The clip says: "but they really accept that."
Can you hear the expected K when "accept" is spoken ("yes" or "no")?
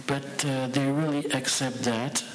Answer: yes